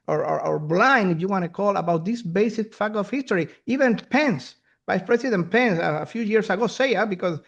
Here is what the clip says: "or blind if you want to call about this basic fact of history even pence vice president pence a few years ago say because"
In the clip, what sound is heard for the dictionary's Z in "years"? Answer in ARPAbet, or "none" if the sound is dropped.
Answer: S